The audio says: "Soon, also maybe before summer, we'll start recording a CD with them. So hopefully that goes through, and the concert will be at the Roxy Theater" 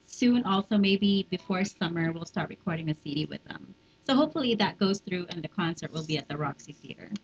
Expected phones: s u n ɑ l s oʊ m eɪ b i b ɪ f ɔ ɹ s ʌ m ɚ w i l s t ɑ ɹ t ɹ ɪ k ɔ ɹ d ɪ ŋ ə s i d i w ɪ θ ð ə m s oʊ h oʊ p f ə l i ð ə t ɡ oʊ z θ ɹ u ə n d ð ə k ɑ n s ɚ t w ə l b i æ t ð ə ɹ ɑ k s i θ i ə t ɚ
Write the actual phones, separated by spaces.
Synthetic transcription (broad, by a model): s u n ɑ l s oʊ m eɪ b i b ɪ f ɔ ɹ s ʌ m ɚ w i l s t ɑ ɹ t ɹ ɪ k ɔ ɹ d ɪ ŋ ə s i d i w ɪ ð ə m s oʊ h oʊ p f l i ð ə t ɡ oʊ z θ ɹ u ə n ð ə k ɑ n s ɚ t w ə l b i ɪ t ð ə ɹ ɑ k s i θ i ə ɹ